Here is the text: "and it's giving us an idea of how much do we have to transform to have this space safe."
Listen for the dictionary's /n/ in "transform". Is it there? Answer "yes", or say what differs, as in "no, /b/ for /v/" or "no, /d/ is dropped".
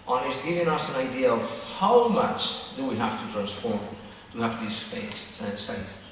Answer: yes